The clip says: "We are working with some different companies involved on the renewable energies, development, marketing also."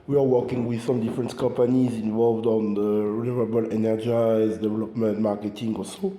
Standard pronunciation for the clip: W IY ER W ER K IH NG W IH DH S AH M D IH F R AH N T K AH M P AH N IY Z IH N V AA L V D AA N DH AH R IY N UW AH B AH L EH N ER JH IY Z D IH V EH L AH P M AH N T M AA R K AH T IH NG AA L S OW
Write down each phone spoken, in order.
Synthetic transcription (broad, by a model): W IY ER W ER K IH NG W IH DH S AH M D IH F R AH N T K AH M P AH N IY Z IH N V AA L V D AA N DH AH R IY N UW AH B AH L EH N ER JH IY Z D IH V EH L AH P M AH N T M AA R K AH T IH NG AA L S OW